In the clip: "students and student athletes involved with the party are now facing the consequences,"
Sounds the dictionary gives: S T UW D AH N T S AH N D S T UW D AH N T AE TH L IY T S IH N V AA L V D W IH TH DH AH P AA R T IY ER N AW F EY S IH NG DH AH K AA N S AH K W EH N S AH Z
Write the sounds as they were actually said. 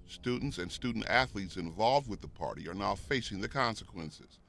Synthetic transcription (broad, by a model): S T UW D N T S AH N S T UW D N T AE TH L IY T S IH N V AA L V D W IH DH AH P AA R T IY ER N AW F EY S IH NG DH AH K AA N S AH K W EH N S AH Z